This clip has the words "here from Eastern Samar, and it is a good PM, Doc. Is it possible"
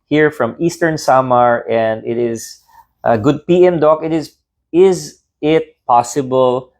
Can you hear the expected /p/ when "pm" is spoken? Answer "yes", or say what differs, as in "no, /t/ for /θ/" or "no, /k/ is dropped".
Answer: yes